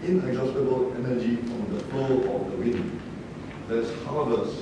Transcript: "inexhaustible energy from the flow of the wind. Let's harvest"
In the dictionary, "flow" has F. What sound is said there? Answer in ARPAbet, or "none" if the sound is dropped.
P